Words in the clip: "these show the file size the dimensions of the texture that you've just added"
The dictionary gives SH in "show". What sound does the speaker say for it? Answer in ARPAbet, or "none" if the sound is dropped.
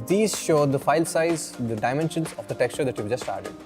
SH